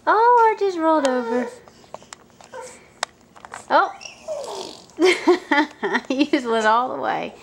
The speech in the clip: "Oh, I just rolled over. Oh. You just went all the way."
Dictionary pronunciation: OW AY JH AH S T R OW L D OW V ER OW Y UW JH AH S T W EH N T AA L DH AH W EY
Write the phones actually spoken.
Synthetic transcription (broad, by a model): OW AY JH AH S T R OW L D OW V ER OW Y UW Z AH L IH T AA L DH AH W EY